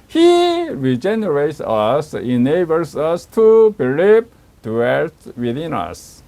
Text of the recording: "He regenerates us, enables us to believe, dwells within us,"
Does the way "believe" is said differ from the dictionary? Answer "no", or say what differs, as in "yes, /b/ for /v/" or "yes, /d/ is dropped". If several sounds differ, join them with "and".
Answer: yes, /p/ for /v/